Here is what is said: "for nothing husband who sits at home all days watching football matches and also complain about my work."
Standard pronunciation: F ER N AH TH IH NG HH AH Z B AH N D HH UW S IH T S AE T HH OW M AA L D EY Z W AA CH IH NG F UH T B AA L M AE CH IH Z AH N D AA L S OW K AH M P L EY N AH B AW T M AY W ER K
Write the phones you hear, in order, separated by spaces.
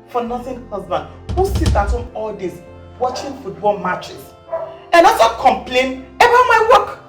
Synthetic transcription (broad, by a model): F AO N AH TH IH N HH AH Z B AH N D HH UW S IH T AA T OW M AA L D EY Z W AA CH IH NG F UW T B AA L M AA CH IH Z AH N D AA S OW K AH M P L EY N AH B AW M AY W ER K